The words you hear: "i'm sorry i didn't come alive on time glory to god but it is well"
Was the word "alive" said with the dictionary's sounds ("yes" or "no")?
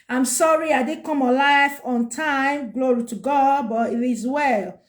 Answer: no